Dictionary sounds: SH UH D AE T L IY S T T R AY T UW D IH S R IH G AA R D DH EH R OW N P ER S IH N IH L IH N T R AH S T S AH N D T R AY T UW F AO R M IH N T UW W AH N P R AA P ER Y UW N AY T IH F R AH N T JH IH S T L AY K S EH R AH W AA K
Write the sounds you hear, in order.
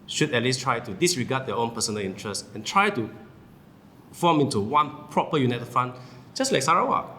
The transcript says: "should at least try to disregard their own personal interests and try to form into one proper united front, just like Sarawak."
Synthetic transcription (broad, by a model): SH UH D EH T L IY S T T R AY T UW D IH S R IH G AA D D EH OW N P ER S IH N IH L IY N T R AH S S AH N T R AY T UW F AO M IH N T UW W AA N P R AA P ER Y UW N AY T IH F AA N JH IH S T L AY K S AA R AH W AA